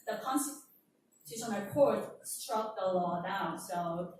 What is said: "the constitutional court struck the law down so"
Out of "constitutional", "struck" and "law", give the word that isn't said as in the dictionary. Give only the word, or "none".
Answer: constitutional